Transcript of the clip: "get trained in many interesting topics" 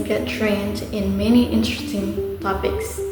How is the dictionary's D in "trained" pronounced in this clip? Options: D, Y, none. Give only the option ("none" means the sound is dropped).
D